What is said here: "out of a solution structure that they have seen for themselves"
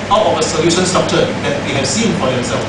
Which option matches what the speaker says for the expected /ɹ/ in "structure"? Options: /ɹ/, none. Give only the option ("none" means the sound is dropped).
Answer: none